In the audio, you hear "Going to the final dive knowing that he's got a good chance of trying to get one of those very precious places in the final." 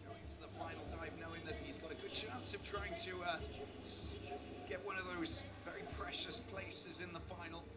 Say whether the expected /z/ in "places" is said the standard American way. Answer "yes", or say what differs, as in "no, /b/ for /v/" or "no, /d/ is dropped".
yes